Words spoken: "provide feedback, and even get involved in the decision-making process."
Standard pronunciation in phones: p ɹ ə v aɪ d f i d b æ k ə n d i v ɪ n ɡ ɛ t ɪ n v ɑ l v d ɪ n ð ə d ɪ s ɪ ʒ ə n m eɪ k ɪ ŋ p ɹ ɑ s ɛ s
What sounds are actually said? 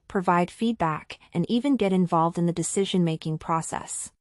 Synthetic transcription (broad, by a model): p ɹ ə v aɪ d f i d b æ k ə n i v ɪ n ɡ ɛ t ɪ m v ɑ l v d ɪ n ð ə d ɪ s ɪ ʒ ə n m eɪ k ɪ ŋ p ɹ ɑ s ɛ s